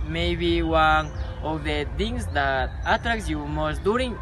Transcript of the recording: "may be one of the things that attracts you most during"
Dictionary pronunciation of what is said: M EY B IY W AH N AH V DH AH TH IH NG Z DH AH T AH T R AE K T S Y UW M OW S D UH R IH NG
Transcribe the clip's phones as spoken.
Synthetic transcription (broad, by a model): M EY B IY W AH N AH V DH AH T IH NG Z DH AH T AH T R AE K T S Y UW M OW S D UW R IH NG